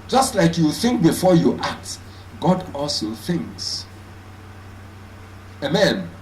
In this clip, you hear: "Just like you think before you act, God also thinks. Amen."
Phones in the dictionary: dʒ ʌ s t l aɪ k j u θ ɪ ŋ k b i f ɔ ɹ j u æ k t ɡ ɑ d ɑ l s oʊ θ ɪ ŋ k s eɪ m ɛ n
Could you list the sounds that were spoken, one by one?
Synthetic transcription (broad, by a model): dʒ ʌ s t l aɪ k j u θ ɪ ŋ k b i f ɔ j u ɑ k t ɡ ɑ d ɑ l s oʊ θ ɪ ŋ k s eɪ m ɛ n